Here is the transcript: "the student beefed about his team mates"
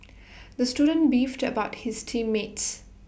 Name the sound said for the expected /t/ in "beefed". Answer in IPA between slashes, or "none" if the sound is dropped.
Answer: /t/